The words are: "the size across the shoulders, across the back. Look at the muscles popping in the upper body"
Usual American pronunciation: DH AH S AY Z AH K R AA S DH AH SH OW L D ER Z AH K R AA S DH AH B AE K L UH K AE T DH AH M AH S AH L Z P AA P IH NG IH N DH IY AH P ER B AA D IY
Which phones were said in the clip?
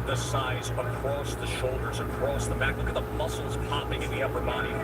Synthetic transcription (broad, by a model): DH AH S AY Z AH K R AA S DH AH SH OW L D ER Z AH K R AA S DH AH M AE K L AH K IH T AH M AH S L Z P AA P IH NG IH N DH IY AH P ER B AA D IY